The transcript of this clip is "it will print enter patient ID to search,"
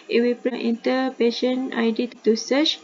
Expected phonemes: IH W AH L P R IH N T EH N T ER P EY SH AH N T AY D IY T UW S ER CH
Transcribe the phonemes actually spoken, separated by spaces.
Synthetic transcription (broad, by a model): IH W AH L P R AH T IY N T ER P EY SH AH N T AY D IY T UW S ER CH